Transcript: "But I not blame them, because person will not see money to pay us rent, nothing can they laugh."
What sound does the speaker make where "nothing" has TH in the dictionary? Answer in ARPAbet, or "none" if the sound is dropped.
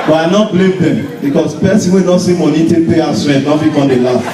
F